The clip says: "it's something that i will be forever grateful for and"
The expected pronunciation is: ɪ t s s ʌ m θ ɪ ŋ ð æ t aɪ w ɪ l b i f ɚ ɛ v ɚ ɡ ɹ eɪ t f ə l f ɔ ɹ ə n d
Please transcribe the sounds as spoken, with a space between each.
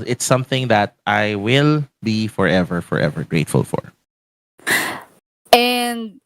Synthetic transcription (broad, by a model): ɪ t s s ʌ m θ ɪ ŋ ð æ t aɪ w ɪ l b i f ɚ ɛ v ɚ ɡ ɹ eɪ t f ə l f ɔ ɹ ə n d